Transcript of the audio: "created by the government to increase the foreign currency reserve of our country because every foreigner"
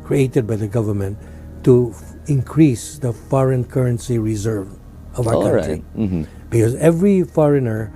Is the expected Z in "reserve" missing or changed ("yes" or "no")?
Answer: no